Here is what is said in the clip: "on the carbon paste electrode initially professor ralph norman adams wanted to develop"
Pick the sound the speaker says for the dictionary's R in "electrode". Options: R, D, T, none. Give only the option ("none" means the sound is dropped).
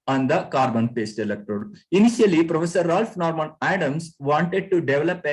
none